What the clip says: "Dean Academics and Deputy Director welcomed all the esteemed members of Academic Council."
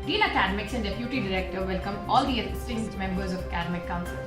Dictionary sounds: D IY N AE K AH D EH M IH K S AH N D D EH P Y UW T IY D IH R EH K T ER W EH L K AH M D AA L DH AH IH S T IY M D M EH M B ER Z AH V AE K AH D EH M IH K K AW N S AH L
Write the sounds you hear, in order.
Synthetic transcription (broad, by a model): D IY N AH K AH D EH M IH K S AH N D D EH P Y UW T IY D IH R EH K T ER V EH L K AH M AA L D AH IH S T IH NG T M EH M B ER Z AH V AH K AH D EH M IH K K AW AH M